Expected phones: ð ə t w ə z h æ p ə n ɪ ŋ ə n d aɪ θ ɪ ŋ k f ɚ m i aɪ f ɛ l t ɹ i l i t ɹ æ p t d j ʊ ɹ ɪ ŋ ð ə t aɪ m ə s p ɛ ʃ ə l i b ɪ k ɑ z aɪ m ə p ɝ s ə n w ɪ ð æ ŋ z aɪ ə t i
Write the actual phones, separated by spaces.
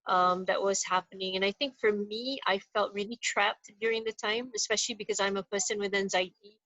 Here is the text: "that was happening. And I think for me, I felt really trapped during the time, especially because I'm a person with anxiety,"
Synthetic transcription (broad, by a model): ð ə t w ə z h æ p ə n ɪ ŋ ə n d aɪ θ ɪ ŋ k f ɚ m i aɪ f ɛ l t ɹ i l i t ɹ æ p t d j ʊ ɹ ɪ ŋ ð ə t aɪ m ə s p ɛ ʃ ə l i b ɪ k ɑ z aɪ m ə p ɝ s ə n w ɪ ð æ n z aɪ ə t i